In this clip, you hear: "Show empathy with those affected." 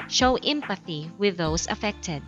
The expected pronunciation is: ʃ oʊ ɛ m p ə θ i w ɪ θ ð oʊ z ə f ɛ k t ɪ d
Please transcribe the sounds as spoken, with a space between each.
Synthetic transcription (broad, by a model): ʃ oʊ ɛ m p ə θ i w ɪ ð oʊ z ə f ɛ k t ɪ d